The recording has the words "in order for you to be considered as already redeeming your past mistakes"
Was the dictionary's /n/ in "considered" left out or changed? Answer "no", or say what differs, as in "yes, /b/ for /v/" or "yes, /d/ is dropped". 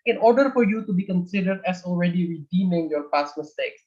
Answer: no